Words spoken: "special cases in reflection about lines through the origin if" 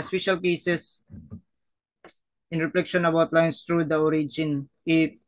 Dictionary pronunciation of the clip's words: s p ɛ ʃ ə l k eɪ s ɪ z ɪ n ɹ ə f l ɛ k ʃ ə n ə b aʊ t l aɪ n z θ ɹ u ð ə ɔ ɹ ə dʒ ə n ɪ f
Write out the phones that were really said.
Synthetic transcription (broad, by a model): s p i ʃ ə l k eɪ s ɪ s ɪ n ɹ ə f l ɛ k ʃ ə n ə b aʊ t l aɪ n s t ɹ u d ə ɔ ɹ ə dʒ ə n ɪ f